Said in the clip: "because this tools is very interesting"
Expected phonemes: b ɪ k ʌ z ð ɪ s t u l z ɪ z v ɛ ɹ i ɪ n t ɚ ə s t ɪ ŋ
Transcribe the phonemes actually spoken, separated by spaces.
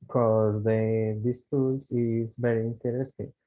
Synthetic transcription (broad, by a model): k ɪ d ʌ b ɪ s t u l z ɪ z b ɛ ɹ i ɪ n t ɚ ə s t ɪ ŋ